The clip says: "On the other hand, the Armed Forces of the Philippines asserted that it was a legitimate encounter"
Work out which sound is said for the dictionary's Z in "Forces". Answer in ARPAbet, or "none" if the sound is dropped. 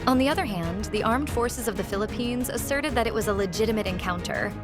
Z